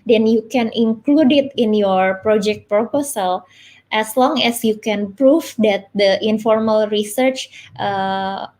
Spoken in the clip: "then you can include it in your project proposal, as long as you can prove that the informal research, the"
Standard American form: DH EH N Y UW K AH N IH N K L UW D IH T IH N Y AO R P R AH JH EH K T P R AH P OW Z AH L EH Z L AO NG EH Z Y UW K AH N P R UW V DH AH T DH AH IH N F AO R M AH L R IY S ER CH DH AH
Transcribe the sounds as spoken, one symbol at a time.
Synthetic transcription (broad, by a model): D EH N Y UW K AH N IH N K L UW D IH T IH N Y AO R P R AH JH EH K T P R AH P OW S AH L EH S L AO NG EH S Y UW K AH N P R UW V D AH T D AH IH N F AO R M AH L R IY S ER CH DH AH